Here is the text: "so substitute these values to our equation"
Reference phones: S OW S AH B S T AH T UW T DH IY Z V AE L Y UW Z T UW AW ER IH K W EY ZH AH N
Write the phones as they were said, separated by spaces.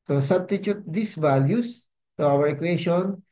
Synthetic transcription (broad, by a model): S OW S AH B S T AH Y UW T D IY S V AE L Y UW S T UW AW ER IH K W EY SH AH N